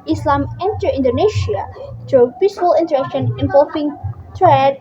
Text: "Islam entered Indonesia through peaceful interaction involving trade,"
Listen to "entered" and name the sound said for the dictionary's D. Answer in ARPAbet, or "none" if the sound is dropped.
none